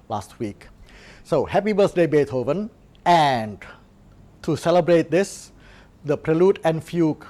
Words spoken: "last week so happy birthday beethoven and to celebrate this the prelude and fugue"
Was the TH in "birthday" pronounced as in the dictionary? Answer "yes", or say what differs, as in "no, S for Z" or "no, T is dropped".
no, S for TH